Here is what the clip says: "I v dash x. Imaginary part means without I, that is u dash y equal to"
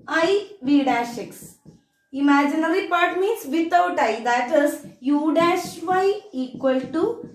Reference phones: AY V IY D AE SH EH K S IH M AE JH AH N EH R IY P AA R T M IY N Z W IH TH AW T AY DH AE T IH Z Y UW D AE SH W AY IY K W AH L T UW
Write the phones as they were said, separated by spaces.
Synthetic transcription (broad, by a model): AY V IY D AE SH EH K S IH M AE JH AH N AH R IY P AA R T M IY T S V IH T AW T AY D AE T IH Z Y UW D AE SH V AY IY K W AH L T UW